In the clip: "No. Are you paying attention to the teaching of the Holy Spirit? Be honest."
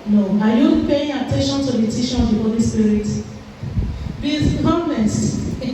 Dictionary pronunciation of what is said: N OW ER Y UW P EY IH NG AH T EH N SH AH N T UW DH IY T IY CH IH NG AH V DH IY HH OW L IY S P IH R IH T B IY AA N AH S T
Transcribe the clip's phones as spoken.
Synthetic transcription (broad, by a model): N OW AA Y UW P EY IH NG AH T EH N SH AH N T UW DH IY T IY SH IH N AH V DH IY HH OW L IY S P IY R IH T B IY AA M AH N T